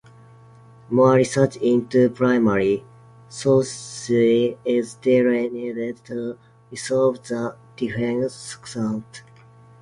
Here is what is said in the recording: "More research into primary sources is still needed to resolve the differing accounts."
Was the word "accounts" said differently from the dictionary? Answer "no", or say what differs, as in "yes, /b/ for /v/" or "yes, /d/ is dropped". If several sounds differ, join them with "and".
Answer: yes, /s/ is dropped